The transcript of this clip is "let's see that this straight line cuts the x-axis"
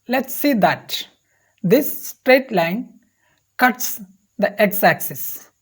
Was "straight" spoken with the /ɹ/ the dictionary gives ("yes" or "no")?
yes